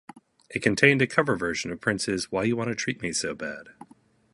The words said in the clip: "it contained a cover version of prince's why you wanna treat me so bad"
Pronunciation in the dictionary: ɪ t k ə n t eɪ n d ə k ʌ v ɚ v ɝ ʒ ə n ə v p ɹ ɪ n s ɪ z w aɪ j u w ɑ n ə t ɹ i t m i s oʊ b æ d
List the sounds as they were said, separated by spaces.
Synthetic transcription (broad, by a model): ɪ t k ə n t eɪ n d ə k ʌ v ɚ v ɝ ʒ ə n ə v p ɹ ɪ n s ɪ z w aɪ j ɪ w ɑ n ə t ɹ i t m i s oʊ b æ d